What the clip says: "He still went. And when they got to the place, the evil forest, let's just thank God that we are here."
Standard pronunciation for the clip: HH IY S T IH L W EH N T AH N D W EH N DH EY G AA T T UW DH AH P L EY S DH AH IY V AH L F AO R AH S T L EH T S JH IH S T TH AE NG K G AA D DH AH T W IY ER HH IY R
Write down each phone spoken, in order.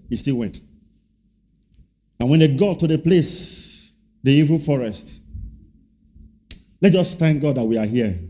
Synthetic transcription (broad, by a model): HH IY S T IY L W EH N T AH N W EH N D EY G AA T T UW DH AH P L EY S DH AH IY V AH F AO R AH S T L EH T JH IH S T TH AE NG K G AA D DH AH T W IY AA HH IY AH